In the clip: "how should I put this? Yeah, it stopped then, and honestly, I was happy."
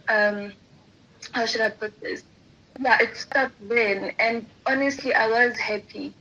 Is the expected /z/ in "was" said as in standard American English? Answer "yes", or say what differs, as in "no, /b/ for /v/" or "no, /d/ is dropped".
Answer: yes